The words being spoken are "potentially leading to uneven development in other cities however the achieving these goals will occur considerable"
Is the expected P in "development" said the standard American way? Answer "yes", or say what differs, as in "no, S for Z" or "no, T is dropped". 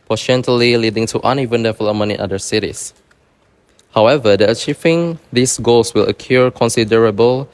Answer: no, P is dropped